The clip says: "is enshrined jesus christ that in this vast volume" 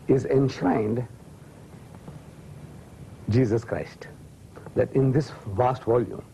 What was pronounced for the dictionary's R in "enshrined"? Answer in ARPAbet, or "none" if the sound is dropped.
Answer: none